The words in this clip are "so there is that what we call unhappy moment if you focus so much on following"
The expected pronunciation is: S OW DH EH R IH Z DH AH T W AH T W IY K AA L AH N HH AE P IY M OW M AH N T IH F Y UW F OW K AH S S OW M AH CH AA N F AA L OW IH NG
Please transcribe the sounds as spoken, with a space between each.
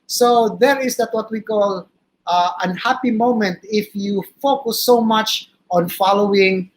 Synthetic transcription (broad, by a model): S OW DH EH R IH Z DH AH T W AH T W IY K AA L AH N HH AE P IY M OW M AH N T IH F Y UW F OW K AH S S OW M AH CH AA N F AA L OW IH NG